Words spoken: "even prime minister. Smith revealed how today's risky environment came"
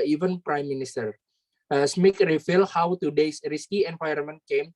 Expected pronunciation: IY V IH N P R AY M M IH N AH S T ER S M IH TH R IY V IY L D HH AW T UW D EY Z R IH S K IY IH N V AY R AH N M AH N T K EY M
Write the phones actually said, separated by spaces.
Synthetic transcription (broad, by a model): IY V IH N P R AY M M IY N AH S T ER S M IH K R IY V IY L HH AW T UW D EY S R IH S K IY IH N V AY AH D M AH N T K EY M